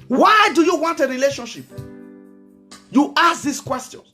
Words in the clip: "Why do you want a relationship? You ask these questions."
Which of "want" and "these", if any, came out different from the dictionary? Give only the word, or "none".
these